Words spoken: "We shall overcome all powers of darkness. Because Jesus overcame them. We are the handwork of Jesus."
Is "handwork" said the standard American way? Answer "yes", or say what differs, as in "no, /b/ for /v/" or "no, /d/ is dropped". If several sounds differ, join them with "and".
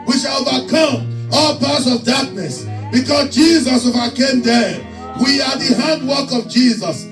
yes